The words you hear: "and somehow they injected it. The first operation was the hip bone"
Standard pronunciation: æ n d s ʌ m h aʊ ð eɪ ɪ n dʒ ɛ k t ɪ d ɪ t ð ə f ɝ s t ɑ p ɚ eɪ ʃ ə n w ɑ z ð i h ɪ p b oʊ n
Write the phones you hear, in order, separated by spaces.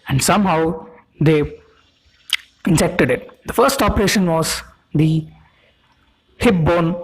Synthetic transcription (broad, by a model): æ n d s ʌ m h aʊ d eɪ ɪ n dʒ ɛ k t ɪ d ɪ t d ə f ɝ s t ɑ p ɚ eɪ ʃ ə n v ɑ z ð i h ɪ p b oʊ n